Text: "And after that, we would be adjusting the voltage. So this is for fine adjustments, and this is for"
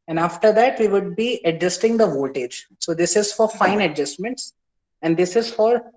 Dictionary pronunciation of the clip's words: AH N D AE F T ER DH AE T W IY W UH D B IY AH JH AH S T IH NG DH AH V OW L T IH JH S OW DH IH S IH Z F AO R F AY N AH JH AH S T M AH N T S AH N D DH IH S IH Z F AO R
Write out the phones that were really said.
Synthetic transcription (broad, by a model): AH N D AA F T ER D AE T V IY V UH D B IY AH JH AH S T IH NG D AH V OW T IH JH S OW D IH S IH Z F AO R F AY N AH JH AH S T M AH N T S AH N D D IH S IH Z F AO R